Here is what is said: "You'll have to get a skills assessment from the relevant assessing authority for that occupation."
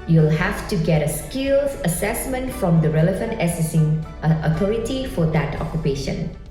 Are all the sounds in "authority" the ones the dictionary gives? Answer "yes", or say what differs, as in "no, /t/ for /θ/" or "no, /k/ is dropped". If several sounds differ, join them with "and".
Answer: no, /t/ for /θ/